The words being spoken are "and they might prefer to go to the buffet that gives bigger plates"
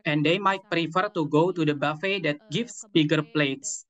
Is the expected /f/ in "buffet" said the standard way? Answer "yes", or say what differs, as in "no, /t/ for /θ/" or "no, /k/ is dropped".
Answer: yes